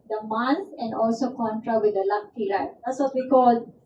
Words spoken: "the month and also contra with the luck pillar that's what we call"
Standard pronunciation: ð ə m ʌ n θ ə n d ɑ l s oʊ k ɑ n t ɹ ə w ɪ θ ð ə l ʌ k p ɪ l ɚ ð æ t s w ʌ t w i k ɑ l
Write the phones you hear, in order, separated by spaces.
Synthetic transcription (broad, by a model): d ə m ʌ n s ə n d ɑ l s oʊ k ɑ n t ɹ ə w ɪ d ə l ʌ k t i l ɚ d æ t s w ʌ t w i k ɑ l